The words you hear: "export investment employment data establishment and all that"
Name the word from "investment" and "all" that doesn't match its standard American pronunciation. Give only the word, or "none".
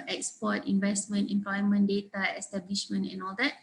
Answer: none